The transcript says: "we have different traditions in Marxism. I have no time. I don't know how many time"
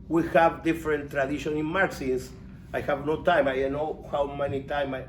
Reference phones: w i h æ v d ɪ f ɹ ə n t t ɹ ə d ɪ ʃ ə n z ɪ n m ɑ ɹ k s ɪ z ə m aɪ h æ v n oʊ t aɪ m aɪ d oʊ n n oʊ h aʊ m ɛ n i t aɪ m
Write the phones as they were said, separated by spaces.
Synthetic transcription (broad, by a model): w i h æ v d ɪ f ɹ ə n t t ɹ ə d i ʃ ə n ɪ n m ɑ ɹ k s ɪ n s aɪ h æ v n oʊ t aɪ m aɪ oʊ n n oʊ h aʊ m ɛ n i t aɪ m